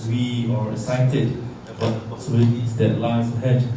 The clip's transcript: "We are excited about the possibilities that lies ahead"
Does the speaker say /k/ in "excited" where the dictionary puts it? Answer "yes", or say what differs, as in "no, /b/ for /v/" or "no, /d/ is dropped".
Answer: no, /k/ is dropped